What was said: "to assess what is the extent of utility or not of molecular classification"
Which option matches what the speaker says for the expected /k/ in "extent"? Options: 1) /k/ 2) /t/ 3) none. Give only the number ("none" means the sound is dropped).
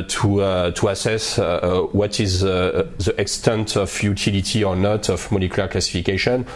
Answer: 1